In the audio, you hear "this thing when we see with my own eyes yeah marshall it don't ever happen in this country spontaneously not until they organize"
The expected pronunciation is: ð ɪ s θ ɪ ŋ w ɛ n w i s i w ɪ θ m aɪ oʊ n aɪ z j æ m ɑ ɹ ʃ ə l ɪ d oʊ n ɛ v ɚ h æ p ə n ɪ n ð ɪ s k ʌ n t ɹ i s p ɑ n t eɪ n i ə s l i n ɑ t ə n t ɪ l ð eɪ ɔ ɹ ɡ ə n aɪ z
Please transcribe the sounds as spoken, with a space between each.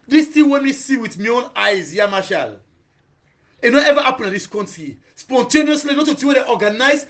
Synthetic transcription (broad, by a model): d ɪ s t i w ɛ n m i s i w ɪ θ m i oʊ n aɪ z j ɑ m ɑ ʃ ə l ɪ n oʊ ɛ v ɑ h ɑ p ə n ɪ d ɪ s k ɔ n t i s p ɑ n t eɪ n i ə s l i n ɑ t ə t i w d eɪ ɔ ɡ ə n aɪ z